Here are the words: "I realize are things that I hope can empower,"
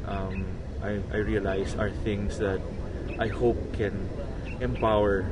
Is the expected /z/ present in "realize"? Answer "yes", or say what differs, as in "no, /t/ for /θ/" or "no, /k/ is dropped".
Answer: no, /s/ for /z/